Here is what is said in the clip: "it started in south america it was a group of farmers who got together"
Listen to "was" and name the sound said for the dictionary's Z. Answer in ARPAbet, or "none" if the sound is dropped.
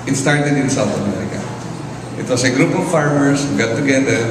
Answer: S